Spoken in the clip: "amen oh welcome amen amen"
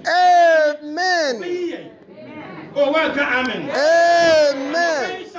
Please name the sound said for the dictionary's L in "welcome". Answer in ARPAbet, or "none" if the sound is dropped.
none